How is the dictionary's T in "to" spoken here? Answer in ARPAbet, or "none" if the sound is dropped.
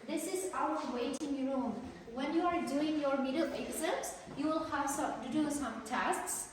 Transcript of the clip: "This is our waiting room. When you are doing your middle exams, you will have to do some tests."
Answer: S